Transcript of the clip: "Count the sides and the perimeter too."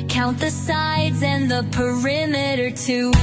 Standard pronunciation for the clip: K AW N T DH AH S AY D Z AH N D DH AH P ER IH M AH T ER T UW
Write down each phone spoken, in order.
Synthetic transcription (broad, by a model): K AW N T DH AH S AY D Z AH N DH AH P ER IH M AH T ER T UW